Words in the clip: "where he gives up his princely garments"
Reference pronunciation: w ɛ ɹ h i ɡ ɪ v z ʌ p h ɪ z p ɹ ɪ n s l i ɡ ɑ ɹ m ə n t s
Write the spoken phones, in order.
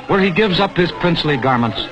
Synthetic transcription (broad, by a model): w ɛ ɹ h i ɡ ɪ v z ʌ p h ɪ z p ɹ ɪ n s l i ɡ ɑ ɹ m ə n t s